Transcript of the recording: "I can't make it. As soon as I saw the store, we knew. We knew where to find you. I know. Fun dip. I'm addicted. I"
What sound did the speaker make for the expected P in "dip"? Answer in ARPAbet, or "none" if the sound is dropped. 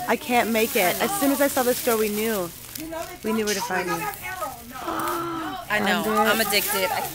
none